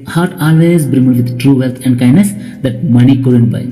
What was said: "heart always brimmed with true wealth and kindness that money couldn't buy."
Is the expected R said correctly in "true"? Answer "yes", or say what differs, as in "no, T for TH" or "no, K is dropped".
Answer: yes